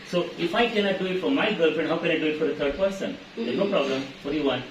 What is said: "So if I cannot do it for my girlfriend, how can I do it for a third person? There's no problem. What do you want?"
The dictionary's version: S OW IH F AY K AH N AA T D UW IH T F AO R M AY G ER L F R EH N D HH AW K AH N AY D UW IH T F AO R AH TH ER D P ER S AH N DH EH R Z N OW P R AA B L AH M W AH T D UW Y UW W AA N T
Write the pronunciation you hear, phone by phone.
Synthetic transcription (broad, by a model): S OW IH F AY K AH N AA T D UW IH T F AO R M AY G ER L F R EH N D HH AW K AH N AY D UW IH T F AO R AH T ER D P ER S AH N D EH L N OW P R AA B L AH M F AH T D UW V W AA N